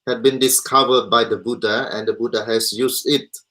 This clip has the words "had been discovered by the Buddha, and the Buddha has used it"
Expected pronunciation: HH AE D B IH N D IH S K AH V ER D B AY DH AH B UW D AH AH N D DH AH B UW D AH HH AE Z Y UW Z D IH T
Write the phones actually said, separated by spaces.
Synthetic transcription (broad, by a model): HH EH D B IH N D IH S K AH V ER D B AY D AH B UW D AH AH N D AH B UW D AH HH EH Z Y UW S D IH T